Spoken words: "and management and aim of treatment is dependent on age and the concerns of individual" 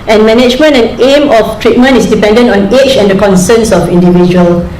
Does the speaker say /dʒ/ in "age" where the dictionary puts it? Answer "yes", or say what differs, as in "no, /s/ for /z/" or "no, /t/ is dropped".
no, /tʃ/ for /dʒ/